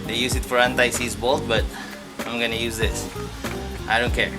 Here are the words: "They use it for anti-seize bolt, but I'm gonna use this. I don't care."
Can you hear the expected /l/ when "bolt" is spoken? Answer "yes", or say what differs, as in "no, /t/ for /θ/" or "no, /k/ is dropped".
yes